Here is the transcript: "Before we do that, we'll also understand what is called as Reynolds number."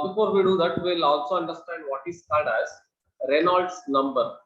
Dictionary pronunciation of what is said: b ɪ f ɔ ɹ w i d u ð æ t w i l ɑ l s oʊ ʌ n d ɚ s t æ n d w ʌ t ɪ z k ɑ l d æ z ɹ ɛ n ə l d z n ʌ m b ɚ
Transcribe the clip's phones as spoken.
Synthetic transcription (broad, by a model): b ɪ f ɔ ɹ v i d u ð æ t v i l ɑ l s oʊ ʌ n d ɚ s t æ n d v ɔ t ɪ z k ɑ d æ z ɹ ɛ n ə l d s n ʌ m b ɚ